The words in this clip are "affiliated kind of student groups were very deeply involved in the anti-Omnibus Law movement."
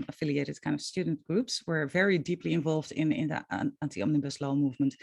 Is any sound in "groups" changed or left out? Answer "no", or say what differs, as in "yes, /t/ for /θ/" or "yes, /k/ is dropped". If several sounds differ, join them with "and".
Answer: no